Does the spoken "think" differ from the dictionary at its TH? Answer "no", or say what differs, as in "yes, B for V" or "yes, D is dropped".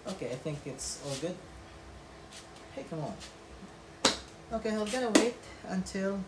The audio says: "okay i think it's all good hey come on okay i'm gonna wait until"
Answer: no